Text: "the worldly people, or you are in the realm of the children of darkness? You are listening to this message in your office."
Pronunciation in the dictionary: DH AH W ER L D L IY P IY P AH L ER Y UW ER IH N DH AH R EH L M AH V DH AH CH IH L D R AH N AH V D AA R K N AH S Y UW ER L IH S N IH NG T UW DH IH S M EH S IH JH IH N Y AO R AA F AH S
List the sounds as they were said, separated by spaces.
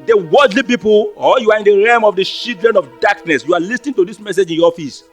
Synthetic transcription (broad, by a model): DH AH W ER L D L IY P IY P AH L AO Y UW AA IH N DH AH R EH M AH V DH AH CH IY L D R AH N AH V D AA K N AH S Y UW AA L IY S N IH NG T UW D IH S M EH S IH JH IH N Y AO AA F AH S